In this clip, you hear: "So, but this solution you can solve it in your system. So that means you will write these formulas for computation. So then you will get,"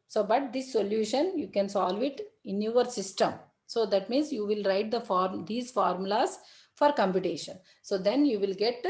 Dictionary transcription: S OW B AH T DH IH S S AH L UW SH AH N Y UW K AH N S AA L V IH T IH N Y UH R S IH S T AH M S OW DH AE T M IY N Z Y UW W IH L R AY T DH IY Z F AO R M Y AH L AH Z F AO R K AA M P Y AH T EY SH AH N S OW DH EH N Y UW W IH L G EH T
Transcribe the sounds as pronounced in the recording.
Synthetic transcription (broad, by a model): S OW B AH T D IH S S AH L UW SH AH N Y UW K AH N S AA L V IH T IH N Y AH R S IH S T AH M S OW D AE T M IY N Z Y UW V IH L R AY T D IY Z F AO R M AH L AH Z F AO R K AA M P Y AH T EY SH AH N S OW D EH N Y UW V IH L G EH T